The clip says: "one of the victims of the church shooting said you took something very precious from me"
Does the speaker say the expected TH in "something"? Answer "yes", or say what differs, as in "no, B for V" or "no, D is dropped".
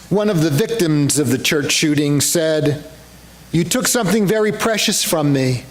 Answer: yes